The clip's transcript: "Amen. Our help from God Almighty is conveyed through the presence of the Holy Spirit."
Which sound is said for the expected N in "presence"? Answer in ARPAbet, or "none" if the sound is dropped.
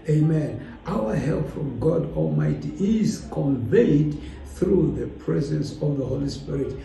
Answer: N